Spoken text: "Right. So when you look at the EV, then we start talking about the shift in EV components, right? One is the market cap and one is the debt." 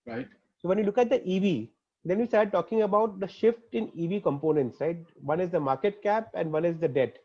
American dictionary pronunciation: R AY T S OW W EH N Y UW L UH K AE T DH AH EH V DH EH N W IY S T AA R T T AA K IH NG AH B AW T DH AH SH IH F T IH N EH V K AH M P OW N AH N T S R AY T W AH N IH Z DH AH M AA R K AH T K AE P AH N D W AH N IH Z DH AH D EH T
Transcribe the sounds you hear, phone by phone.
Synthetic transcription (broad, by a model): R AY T S OW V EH N Y UW L UH K AE T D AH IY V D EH N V IY S T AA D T T AA K IH NG AH B AW T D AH SH IH F T IH N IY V K AH M P OW N AH N T S R AY T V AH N IH Z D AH M AA R K AH T K AE P AH N D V AH N IH Z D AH D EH T